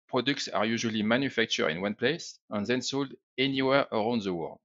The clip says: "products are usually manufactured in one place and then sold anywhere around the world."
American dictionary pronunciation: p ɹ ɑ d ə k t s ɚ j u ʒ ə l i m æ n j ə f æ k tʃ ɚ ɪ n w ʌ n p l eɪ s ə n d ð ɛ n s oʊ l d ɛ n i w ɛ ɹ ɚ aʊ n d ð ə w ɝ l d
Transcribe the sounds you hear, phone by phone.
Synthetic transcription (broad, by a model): p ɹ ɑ d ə k t s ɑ j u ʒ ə l i m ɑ n j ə f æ k tʃ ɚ ɪ n w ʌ n p l eɪ s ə n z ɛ n s oʊ l d ɛ n i w ɛ ɹ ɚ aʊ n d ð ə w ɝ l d